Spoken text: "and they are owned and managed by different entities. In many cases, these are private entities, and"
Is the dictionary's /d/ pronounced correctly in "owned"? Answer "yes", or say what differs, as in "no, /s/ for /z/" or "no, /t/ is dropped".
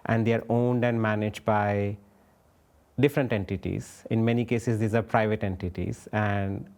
yes